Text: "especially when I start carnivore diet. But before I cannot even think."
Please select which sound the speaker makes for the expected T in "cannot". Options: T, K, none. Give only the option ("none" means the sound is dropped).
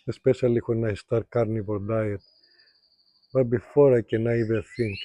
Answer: none